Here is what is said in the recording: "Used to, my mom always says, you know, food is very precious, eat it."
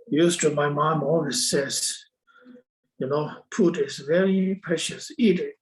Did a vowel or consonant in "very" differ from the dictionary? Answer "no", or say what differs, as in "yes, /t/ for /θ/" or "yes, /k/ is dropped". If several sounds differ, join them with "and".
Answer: no